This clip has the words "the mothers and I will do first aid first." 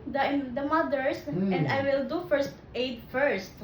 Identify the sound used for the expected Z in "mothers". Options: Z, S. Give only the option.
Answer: S